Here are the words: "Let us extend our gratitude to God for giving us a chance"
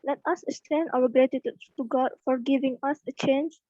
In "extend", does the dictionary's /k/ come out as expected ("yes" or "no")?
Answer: no